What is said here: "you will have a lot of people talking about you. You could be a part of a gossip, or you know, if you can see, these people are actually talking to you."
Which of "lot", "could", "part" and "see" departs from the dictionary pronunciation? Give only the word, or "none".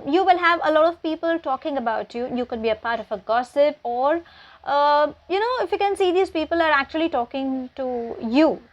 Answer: none